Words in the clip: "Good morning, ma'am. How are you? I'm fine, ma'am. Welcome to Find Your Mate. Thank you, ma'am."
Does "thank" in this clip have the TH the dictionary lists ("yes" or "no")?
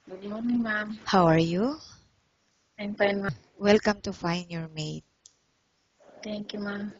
no